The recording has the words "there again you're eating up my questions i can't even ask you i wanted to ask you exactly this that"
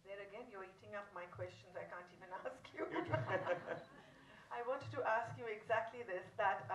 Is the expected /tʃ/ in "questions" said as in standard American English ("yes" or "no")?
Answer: yes